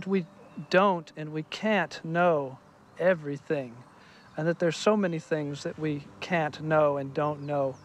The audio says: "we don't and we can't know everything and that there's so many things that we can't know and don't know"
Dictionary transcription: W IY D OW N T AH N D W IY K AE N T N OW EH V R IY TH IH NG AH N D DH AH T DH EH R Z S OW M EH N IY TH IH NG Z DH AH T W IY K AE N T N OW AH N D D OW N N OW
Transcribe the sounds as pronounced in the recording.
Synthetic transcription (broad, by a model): W IY D OW N T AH N W IY K AE N T N OW EH V R IY TH IH NG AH N DH AH T DH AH R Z S OW M EH N IY TH IH NG Z DH AH T W IY K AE N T N OW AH N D D OW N N OW